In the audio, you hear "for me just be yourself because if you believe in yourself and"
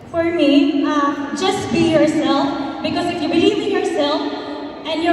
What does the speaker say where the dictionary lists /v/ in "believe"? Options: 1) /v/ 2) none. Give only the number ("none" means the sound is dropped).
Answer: 2